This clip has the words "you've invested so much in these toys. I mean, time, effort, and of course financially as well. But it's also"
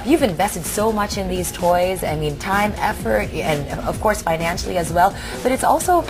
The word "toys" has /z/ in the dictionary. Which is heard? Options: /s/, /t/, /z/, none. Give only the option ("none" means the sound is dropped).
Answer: /z/